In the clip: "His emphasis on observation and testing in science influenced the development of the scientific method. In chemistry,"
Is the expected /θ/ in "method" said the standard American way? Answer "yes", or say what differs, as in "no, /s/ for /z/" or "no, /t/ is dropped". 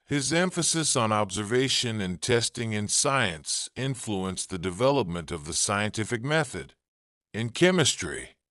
yes